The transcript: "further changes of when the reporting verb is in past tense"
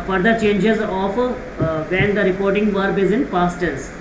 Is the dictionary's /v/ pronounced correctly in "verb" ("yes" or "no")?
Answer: yes